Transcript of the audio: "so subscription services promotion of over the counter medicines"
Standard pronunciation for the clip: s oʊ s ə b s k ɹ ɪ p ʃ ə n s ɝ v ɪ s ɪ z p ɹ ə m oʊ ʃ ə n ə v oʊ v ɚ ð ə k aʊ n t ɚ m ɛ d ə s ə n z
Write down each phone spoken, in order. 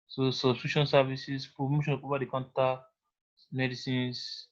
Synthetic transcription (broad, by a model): s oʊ s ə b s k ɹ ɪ ʃ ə n s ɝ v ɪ s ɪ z p ɹ ə m oʊ ʃ ə n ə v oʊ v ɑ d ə k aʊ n t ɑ m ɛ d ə s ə n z